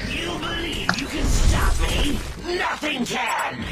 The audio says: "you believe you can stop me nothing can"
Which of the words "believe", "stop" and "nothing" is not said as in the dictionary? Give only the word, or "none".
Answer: none